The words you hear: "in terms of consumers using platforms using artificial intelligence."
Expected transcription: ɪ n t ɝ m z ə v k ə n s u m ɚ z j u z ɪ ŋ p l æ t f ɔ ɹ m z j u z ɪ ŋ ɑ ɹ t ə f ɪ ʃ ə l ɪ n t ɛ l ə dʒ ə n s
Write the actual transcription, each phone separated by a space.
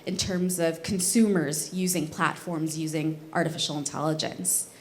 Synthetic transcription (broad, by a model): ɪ n t ɝ m z ə v k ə n s u m ɚ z j u z ɪ ŋ p l æ t f ɔ ɹ m z j u z ɪ ŋ ɑ ɹ t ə f ɪ ʃ l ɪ n t ɛ l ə dʒ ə n s